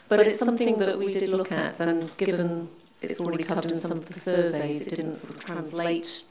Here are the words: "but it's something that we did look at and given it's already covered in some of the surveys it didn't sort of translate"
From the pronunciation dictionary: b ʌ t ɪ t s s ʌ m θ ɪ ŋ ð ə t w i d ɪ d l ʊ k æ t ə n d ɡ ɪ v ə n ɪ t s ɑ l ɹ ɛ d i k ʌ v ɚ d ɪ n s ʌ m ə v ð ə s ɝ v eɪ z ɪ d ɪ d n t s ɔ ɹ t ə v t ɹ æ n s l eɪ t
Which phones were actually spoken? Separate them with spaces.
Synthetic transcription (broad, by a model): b ʌ t ɪ t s s ʌ m θ ɪ ŋ ð ə t w i d ɪ d l ʊ k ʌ t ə n ɡ ɪ v ə n ɪ t s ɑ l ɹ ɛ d i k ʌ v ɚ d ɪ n s ʌ m ə v ð ə s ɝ v eɪ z ɪ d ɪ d n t s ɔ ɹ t ə v t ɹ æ n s l eɪ t